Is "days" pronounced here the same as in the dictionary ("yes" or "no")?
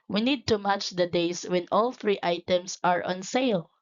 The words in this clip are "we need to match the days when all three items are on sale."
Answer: no